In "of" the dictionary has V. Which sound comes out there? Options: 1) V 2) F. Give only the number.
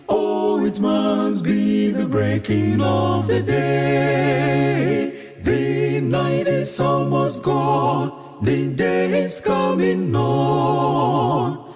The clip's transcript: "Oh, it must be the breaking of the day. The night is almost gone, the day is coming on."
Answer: 1